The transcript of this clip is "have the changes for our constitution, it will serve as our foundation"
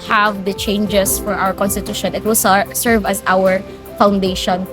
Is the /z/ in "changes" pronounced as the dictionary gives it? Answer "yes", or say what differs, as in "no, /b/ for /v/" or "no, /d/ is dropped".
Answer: no, /s/ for /z/